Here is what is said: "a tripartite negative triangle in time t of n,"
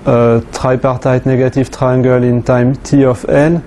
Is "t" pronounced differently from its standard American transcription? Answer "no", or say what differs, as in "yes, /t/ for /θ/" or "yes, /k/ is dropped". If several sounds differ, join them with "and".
no